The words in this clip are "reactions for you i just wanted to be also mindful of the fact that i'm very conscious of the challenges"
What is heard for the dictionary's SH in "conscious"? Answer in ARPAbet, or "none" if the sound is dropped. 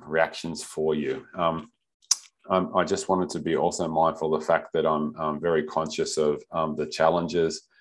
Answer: SH